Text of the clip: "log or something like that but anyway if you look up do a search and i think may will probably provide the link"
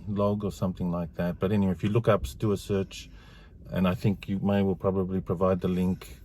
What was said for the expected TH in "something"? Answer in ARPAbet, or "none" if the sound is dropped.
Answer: TH